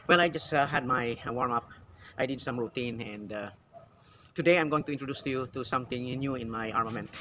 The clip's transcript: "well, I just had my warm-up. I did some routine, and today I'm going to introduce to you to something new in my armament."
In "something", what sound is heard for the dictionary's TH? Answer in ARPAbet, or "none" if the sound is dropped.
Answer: T